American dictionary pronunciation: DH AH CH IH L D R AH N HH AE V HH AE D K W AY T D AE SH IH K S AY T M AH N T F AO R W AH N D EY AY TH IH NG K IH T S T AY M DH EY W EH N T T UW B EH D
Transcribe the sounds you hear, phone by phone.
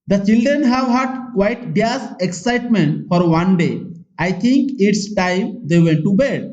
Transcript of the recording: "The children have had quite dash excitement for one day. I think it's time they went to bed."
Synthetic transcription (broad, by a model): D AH CH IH L D R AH N HH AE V HH AE D K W AY T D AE S IH K S AY T M AH N T F AO R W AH N D EY AY T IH NG K IH T S T AY M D EY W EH N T T UW B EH D